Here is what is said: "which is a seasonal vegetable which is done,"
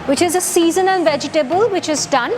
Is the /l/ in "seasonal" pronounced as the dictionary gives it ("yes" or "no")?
no